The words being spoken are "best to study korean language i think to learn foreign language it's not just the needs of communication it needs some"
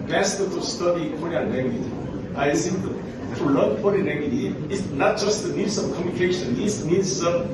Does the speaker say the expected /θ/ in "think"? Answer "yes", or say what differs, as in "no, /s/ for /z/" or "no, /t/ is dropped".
no, /s/ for /θ/